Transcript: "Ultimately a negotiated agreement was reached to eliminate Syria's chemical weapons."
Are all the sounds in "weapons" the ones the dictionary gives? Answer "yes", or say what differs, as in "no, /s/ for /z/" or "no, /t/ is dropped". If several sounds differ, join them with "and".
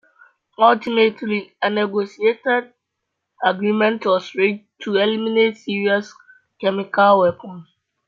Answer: no, /z/ is dropped